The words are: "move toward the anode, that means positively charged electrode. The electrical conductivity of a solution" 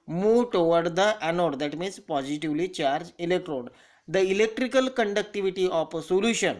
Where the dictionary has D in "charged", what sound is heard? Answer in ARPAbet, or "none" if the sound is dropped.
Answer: none